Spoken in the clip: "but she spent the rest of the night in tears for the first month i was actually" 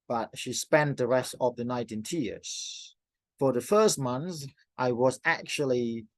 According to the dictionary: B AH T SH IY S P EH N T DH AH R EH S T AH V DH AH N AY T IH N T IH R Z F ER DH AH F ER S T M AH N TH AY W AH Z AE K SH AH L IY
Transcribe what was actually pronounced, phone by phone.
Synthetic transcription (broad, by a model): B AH T SH IY S P EH N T DH AH R EH S T AH V DH AH N AY T IH N T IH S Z F ER DH AH F ER S T M AH N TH AY W AH Z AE K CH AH L IY